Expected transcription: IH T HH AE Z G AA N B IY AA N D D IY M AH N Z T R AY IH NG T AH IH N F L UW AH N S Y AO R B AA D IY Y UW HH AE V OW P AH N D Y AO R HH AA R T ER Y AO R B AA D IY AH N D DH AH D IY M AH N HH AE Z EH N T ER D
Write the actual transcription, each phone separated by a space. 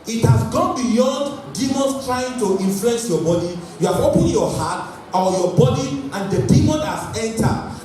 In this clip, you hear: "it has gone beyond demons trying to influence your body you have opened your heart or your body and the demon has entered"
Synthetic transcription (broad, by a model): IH T HH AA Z G AA N B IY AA N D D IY M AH N S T R AY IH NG T AH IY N F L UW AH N S Y AO B AA D IY Y UW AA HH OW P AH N Y AO HH AA T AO Y AO B AA D IY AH N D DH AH D IY M AH N HH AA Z EH N T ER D